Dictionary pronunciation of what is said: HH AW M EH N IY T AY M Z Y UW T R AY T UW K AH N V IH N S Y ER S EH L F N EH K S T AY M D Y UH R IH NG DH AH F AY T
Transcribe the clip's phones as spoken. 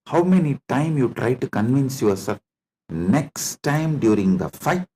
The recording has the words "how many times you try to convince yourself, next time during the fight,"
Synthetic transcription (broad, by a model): HH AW M EH N IY T AY M Y UW T R AY T UW K AH N V IH N S Y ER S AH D N EH K S T AY M D Y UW R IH NG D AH F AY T